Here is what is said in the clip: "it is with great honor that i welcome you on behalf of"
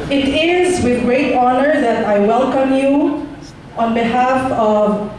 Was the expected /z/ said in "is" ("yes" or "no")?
yes